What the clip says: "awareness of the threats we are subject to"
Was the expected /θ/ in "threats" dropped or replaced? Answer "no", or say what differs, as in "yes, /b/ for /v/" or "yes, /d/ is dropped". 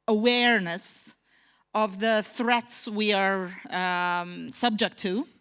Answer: no